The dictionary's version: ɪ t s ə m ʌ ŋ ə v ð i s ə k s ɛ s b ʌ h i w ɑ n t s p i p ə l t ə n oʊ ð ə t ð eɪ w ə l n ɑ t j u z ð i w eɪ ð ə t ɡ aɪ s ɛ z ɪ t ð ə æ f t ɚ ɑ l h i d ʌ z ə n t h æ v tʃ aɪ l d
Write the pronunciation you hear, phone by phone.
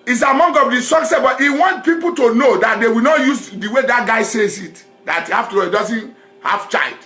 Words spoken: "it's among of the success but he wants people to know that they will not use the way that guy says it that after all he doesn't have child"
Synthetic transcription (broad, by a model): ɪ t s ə m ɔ ŋ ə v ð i s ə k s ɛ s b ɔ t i w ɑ n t p i p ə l t ə n oʊ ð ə t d eɪ w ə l n ɑ t j u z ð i w eɪ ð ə t ɡ aɪ s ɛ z ɪ t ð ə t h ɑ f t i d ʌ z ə n t h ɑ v tʃ aɪ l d